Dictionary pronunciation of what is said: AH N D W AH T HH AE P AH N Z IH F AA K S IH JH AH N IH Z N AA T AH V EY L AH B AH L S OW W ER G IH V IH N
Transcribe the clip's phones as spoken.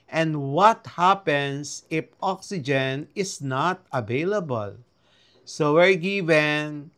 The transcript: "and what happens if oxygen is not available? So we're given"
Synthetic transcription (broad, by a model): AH N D W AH T HH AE P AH N S IH F AA K S IH JH AH N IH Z N AA T AH V EY L AH B AH L S OW W ER G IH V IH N